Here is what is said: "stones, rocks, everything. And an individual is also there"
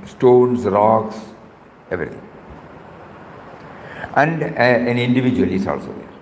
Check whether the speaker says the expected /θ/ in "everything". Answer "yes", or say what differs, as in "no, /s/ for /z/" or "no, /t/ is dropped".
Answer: no, /t/ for /θ/